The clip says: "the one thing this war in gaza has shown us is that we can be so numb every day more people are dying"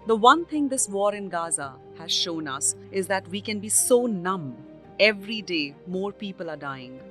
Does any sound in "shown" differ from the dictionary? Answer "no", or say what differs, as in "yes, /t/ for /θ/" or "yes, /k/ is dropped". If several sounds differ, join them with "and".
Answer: no